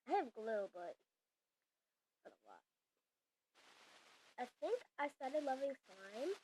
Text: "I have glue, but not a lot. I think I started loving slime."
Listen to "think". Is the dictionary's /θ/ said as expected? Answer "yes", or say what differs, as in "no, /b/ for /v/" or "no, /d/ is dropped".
yes